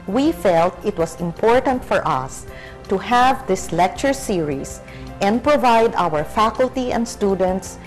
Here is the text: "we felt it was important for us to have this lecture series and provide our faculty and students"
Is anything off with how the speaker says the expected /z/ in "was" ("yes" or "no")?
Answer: yes